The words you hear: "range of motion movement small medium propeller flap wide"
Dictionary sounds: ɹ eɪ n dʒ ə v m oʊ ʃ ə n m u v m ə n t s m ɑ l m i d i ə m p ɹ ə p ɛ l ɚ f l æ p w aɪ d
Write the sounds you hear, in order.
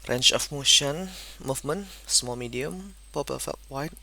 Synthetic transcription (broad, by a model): ɹ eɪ n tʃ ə f m oʊ ʃ ə n m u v m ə n s m ɑ l m i d i ə m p ə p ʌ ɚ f ɑ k w aɪ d